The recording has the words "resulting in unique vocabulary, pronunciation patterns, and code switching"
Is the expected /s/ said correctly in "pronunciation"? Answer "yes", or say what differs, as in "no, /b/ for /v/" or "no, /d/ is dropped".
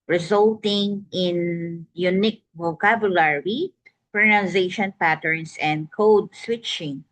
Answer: no, /s/ is dropped